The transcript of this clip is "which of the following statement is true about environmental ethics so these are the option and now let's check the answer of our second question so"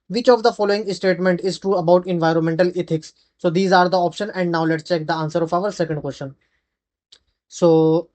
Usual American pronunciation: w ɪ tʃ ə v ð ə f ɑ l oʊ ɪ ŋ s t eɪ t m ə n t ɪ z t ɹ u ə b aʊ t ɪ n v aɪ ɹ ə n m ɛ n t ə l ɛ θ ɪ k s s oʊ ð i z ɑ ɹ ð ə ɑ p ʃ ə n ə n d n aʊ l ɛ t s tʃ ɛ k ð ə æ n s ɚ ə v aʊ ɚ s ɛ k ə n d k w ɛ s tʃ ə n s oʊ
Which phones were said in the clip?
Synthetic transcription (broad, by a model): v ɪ tʃ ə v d ə f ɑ l oʊ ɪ ŋ s t eɪ t m ə n t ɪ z t ɹ u ə b aʊ t ɪ n v aɪ ɹ ə n m ɛ n t ə l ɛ t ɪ k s s oʊ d i z ɑ ɹ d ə ɑ p ʃ ə n ə n d n aʊ l ɛ t s tʃ ɛ k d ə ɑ n s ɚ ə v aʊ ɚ s ɛ k ə n d k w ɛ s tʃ ə n s oʊ